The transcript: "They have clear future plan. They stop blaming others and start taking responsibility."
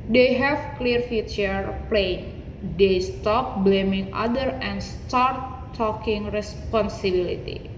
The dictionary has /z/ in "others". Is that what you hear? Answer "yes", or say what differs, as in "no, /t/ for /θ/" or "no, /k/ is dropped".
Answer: no, /z/ is dropped